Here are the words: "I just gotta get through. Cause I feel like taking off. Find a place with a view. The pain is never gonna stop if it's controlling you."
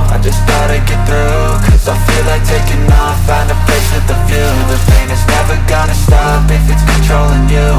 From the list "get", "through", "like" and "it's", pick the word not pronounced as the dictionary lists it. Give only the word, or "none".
none